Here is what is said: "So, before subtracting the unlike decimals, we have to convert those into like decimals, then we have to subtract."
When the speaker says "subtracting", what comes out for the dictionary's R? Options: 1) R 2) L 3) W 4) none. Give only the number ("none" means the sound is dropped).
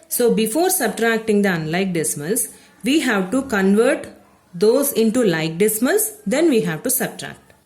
1